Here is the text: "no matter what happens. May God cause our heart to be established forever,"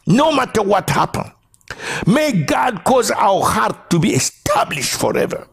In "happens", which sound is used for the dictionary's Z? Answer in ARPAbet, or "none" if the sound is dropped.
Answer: none